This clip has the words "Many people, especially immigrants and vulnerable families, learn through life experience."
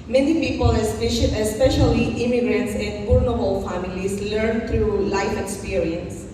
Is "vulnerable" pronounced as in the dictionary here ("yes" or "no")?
no